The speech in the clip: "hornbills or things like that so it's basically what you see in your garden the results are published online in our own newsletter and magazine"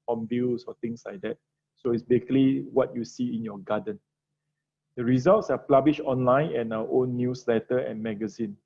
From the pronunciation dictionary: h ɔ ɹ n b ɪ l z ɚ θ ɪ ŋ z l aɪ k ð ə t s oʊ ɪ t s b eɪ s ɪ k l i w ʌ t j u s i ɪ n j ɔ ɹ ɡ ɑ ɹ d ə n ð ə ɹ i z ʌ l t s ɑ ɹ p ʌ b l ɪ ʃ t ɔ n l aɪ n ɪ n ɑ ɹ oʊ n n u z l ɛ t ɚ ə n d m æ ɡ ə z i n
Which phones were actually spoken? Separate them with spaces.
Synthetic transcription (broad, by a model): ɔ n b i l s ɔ t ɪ ŋ s l aɪ k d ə t s oʊ ɪ t s b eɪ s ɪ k l i w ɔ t j u s i ɪ n j ɔ ɡ ɑ d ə n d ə ɹ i z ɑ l t s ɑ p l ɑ b l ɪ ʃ ɔ n l aɪ n ɪ n ɑ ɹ oʊ n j u s l ɛ t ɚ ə n m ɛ ɡ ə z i n